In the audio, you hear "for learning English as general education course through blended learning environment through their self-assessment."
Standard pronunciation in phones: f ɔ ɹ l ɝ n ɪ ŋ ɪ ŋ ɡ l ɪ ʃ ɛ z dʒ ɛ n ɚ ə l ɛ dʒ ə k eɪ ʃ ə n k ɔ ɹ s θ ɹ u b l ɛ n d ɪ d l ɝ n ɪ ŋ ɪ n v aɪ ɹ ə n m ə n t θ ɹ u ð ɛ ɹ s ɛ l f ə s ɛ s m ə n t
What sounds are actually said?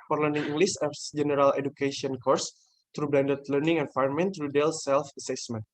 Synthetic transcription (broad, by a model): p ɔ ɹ l ɝ n ɪ ŋ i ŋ ɡ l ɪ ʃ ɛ s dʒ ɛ n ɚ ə l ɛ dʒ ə k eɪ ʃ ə n k ɔ ɹ s t ɹ u b l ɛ n d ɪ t l ɝ n ɪ ŋ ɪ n f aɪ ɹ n m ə n t ɹ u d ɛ l s ɛ l f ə s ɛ s m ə n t